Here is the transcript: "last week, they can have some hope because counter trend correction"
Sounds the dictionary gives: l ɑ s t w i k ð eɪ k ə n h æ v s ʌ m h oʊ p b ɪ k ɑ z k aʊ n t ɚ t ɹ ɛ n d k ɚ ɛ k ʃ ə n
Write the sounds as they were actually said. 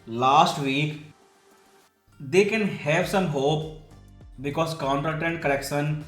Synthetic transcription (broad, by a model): l ɑ s t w i k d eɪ k ə n h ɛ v s ʌ m h oʊ p b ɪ k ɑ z k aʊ n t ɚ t ɛ n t k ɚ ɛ k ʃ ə n